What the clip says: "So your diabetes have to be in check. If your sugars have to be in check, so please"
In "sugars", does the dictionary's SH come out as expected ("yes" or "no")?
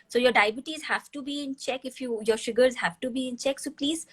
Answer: yes